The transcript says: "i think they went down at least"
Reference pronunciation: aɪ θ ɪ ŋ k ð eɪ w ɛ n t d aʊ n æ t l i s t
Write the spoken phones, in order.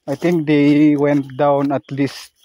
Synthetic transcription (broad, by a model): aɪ t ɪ ŋ k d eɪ w ɛ n t d aʊ n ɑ t l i s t